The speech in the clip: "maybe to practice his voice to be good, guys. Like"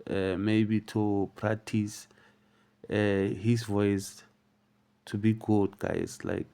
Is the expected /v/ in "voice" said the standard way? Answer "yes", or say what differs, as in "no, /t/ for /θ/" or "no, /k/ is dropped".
yes